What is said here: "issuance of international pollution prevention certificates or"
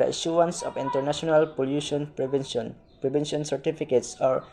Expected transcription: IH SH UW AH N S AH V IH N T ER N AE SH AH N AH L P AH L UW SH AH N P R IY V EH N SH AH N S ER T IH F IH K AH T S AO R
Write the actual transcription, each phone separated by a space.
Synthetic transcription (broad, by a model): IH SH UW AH N S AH P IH N T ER N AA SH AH N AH L P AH L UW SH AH N P R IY B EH N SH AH N S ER T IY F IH K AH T S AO R